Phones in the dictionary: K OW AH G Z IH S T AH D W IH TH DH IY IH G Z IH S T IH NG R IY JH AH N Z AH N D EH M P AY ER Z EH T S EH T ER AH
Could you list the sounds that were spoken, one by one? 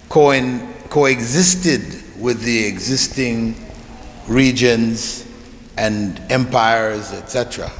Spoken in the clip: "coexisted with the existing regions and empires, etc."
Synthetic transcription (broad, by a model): K OW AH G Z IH S T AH D W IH DH IY IH G Z IH S T IH NG R IY JH AH N Z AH N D EH M P AY ER Z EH T S EH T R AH